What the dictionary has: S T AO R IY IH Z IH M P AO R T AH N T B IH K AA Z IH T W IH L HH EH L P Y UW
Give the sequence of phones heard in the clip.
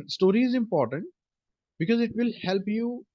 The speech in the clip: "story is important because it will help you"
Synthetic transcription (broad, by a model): S T AO R IY IH Z IH M P AO R T AH N T B IH K AA Z IH T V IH L HH EH L P Y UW